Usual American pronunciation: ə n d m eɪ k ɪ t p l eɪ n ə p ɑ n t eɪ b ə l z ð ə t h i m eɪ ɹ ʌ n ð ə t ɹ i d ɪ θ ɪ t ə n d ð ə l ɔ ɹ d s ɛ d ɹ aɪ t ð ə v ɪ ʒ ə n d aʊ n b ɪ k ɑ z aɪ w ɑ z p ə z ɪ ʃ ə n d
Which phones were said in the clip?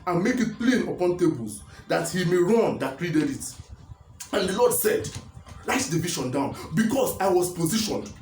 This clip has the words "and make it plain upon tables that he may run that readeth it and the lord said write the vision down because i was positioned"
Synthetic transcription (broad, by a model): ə n m eɪ k ɪ t p l eɪ n ə p ɑ n t eɪ b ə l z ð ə t h i m eɪ ɹ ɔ n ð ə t ɹ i d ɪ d ɪ t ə n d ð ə l ɔ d s ɛ d l aɪ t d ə v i ʃ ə n d aʊ n b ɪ k ɑ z aɪ w ɑ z p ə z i ʃ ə n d